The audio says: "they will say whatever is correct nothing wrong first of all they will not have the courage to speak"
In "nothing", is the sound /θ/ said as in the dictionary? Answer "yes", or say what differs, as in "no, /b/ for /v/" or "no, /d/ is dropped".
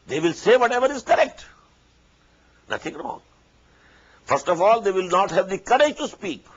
no, /t/ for /θ/